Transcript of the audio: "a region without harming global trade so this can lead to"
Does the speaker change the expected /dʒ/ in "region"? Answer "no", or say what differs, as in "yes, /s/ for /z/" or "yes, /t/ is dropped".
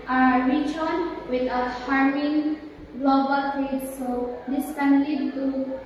yes, /tʃ/ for /dʒ/